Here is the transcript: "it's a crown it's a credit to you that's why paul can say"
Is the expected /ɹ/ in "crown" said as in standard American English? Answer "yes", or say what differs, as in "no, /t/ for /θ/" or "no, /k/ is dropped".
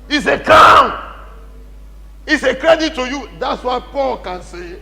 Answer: no, /ɹ/ is dropped